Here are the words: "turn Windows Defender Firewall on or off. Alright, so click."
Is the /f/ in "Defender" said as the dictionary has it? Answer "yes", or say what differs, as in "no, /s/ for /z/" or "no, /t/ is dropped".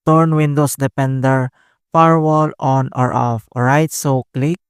no, /p/ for /f/